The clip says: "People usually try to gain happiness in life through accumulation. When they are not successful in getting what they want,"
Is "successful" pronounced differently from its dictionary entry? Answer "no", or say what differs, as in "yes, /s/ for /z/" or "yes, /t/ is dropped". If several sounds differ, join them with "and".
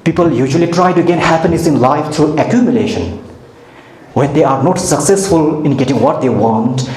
no